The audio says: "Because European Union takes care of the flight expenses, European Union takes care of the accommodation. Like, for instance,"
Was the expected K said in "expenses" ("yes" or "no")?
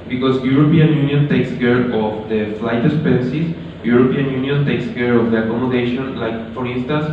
no